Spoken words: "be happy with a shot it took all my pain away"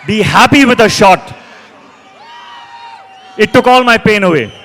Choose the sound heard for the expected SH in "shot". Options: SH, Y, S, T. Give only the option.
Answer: SH